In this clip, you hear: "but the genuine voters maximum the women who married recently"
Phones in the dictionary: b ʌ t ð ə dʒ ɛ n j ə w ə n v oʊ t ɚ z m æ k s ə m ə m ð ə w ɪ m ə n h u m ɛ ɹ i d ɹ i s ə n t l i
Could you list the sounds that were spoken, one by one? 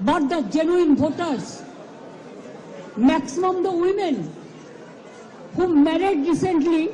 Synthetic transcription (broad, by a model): b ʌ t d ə dʒ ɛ n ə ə n b oʊ t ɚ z m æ k s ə m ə m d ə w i m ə n h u m ɛ ɹ i d ɹ i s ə n t l i